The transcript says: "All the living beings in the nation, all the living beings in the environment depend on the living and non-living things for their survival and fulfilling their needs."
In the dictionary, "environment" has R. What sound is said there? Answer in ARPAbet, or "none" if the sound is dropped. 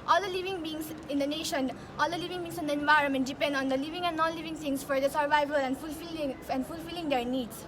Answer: R